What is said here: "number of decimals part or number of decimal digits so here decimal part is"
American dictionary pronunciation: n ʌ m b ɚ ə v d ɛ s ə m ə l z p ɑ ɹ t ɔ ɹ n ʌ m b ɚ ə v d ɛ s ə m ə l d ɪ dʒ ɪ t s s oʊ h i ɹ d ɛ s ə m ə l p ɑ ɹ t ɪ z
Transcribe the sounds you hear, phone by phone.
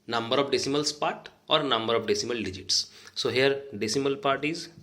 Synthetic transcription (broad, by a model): n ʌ m b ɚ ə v d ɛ s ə m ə l s p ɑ t ɔ ɹ n ʌ m b ɚ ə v d ɛ s ə m ə l d ɪ dʒ ɪ t s s oʊ h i ɹ d ɛ s ə m ə l p ɑ ɹ t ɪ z